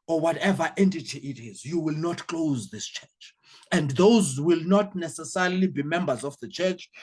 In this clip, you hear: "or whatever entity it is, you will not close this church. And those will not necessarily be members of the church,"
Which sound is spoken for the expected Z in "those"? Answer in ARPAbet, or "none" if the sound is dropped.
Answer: Z